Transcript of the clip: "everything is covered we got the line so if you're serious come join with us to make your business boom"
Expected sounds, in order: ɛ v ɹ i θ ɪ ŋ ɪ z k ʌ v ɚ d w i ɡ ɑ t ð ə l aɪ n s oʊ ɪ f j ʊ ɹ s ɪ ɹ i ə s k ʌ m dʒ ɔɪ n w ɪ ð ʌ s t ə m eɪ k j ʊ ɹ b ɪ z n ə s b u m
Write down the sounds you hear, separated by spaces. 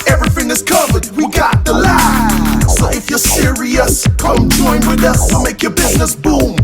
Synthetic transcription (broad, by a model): ɛ v ɹ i θ ɪ ŋ ɪ z k ʌ v ɚ d w i ɡ ɑ t ð ə l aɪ s oʊ ɪ f j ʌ ɹ s ɪ ɹ i ə s k ʌ m dʒ ɔɪ n w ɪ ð ʌ s t ə m eɪ k j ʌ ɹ b ɪ z n ə s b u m